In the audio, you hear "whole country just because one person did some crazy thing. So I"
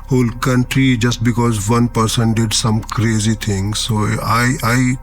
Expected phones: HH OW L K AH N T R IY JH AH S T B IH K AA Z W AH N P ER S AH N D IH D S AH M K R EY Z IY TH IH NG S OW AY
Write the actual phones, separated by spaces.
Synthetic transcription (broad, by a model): HH OW L K AH N T R IY JH AH S T B IH K AA Z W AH N P ER S AH N D IH D S AH M K R EY Z IY T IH NG S OW AY